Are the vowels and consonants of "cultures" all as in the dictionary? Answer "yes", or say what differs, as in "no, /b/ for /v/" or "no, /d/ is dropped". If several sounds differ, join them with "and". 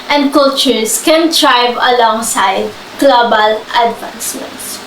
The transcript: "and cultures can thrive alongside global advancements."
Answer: no, /s/ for /z/